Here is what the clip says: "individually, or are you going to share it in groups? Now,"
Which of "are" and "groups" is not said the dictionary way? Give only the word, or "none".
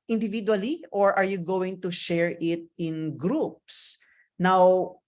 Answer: none